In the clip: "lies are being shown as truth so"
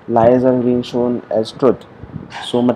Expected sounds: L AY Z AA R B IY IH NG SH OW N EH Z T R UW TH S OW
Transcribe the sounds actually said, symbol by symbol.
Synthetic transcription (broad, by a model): L AY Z AA R B IY IH NG SH OW N EH Z T R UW T S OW